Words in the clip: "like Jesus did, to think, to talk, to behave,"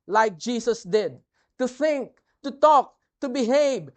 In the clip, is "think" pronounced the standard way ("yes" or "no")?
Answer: yes